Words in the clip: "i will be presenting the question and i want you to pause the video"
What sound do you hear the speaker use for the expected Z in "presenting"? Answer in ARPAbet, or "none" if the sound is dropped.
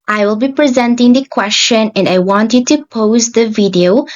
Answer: Z